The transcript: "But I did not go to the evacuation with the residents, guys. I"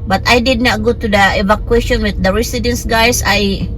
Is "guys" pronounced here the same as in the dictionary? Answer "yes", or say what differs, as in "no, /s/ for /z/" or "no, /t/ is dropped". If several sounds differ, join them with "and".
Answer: no, /s/ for /z/